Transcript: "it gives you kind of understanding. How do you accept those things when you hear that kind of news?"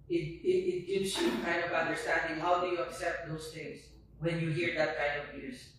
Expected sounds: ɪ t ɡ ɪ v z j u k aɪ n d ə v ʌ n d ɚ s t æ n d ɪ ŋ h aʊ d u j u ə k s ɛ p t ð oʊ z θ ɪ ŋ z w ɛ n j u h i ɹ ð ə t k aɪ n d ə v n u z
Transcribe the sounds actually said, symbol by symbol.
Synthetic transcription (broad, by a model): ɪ t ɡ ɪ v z j u k aɪ n d ə v ʌ n d ɚ s t æ n d ɪ ŋ h aʊ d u j u ə k s ɛ p t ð oʊ s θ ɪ ŋ s w ɛ n j u h i ɹ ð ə t k aɪ n d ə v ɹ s